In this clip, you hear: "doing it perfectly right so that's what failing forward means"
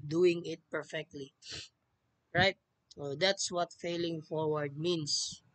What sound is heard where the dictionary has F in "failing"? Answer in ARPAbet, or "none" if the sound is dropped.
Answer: F